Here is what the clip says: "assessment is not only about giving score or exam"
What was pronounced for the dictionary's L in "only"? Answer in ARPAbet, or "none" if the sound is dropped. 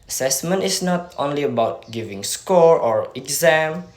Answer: L